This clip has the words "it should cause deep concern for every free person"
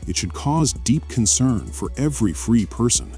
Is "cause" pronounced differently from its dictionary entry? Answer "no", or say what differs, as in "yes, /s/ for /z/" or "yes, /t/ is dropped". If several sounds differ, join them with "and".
no